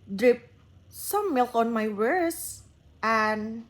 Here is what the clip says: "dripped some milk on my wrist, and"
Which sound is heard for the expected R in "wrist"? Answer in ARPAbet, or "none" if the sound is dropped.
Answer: W